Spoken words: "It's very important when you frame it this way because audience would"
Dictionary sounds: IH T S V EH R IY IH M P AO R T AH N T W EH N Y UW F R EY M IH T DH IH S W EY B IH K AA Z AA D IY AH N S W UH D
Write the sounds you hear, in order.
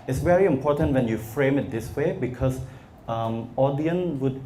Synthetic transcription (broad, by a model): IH T S V EH R IY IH M P AO T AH N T W EH N Y UW F R EY M IH T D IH S W EY B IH K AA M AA D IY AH N W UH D